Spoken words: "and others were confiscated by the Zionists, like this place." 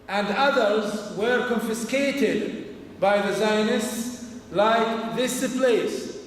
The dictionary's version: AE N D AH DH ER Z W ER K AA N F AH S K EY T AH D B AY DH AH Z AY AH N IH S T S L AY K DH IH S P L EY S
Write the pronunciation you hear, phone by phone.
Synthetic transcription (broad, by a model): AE N D AH DH ER Z W ER K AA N F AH S K EY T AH D B AY DH AH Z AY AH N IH S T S L AY K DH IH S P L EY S